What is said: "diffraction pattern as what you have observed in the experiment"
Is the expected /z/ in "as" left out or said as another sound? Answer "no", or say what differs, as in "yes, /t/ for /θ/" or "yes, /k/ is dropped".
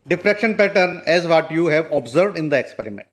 no